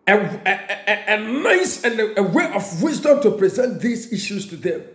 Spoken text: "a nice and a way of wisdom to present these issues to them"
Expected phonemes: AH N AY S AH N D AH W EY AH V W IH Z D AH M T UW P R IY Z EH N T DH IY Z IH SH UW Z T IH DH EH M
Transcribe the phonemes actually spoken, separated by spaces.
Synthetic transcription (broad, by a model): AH N AY S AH N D AH W EY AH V W IH Z D AH M T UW P R IY Z EH N T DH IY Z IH SH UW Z T IH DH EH M